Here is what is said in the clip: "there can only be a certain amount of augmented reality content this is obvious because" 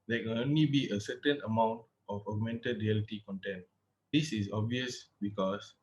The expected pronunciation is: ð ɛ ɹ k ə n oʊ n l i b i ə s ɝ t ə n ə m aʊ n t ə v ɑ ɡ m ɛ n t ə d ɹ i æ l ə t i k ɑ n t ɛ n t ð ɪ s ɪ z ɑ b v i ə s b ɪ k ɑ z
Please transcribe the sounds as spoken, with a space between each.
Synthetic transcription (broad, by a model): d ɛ k ə n oʊ n l i b i ə s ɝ t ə n ə m aʊ n t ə f ɑ ɡ m ɛ n t ə d ɹ i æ l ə t i k ɑ n t ɛ n t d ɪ s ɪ s ɑ b v i ə s b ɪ k ɑ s